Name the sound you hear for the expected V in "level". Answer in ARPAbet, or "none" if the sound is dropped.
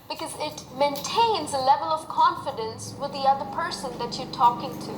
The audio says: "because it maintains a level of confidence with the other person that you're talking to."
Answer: V